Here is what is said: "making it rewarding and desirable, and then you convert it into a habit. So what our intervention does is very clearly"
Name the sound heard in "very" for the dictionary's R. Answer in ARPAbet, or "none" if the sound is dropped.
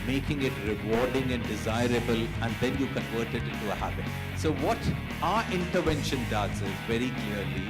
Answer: R